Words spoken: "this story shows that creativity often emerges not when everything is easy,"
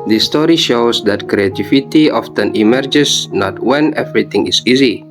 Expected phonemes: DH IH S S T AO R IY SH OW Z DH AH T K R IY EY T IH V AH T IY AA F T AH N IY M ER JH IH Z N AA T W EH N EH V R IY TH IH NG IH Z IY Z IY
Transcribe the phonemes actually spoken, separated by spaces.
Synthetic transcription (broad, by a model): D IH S S T AO R IY SH OW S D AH T K R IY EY T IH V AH T IY AA F T AH N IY M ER JH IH S N AA T W EH N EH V R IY T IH NG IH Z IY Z IY